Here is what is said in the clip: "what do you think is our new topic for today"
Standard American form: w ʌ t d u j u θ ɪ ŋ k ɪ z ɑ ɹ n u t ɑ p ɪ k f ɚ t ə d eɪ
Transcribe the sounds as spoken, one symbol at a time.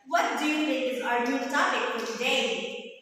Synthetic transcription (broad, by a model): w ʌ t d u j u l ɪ k ɪ z ɑ ɹ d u t ɑ p ɪ k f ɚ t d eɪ